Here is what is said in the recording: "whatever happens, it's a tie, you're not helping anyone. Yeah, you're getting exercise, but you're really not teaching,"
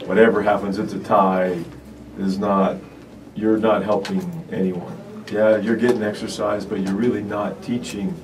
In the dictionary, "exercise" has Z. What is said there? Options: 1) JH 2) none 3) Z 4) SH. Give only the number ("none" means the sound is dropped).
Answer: 3